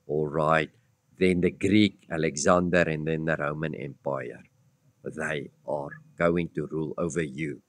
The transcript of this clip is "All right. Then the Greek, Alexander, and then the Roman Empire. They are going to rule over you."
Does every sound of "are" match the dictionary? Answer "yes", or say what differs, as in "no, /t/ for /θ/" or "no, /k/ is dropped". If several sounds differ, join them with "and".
yes